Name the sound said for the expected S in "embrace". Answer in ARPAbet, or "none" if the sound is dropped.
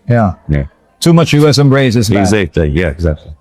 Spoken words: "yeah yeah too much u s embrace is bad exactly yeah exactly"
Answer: none